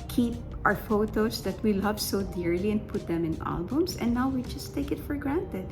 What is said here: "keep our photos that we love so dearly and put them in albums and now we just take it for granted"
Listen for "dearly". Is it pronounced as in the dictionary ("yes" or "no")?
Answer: yes